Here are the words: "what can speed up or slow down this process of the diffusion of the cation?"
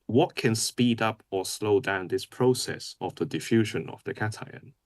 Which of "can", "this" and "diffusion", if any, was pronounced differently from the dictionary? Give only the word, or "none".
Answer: none